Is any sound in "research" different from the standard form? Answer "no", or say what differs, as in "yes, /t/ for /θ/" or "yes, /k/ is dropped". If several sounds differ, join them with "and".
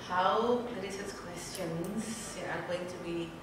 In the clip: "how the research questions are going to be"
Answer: yes, /s/ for /tʃ/